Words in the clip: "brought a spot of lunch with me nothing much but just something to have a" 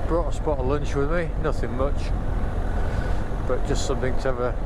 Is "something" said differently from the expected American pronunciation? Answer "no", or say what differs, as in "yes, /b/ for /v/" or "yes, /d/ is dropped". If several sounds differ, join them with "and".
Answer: no